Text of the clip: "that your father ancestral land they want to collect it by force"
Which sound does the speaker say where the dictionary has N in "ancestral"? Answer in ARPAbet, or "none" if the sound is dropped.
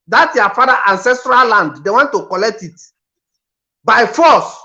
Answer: N